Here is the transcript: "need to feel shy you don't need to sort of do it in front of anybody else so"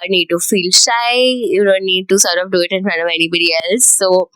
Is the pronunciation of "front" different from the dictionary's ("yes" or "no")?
yes